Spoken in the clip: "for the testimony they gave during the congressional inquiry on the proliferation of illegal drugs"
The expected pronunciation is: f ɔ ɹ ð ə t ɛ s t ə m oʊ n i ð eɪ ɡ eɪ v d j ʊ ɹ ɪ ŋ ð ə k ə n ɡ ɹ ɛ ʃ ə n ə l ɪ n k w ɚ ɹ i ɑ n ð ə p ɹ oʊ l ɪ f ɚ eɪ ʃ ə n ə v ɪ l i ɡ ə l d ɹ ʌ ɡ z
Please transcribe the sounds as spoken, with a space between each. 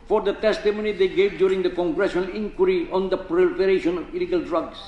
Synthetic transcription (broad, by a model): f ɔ ɹ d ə t ɛ s t ə m oʊ n i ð eɪ ɡ eɪ v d j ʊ ɹ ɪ ŋ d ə k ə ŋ ɡ ɹ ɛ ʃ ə n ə l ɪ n k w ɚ ɹ i ɑ n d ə p ɹ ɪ p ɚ eɪ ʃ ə n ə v ɪ l i ɡ ə l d ɹ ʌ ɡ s